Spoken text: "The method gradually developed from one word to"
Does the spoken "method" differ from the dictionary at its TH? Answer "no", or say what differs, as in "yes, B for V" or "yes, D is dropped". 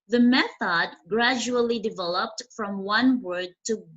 no